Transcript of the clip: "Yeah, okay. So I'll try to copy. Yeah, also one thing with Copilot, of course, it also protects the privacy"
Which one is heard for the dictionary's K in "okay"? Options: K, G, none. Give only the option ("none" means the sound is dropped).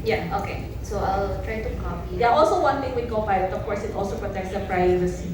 K